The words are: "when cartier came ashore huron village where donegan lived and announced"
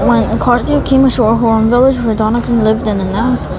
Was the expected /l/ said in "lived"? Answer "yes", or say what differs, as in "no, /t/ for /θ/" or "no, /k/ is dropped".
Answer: yes